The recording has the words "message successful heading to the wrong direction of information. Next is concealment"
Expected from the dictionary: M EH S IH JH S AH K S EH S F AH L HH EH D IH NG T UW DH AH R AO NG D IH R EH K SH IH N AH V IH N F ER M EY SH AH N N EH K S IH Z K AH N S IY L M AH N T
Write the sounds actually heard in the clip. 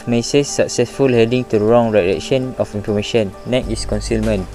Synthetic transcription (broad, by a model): M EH S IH S AH K S EH S F AH L HH EH D IH NG T UW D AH R AO NG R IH L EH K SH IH N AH F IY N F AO M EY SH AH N N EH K IH S K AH N S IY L M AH N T